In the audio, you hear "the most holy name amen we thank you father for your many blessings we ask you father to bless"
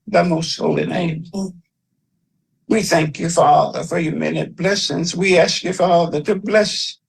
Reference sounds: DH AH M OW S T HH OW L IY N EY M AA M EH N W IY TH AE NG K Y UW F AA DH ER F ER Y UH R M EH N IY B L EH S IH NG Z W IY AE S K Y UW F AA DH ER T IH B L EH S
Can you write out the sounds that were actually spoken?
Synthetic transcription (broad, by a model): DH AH M OW S T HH OW L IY N EY AA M W IY TH AE NG K Y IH F AA DH ER F ER Y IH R M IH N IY B L EH S IH NG Z W IY AE S K Y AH F AA DH ER T IH B L EH S